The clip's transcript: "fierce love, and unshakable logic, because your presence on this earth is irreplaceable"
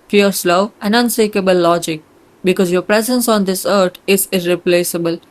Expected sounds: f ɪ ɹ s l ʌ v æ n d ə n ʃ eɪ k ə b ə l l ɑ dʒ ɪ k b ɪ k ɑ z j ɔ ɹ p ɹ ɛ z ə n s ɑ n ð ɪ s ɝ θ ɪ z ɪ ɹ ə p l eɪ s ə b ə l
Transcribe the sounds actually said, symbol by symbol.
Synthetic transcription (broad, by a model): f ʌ ɹ s l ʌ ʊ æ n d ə n s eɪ k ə b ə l l ɑ dʒ ɪ k b ɪ k ɑ z j ɔ ɹ p ɹ ɛ z ə n s ɑ n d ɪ s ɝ t ɪ z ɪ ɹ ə p l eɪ s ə b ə l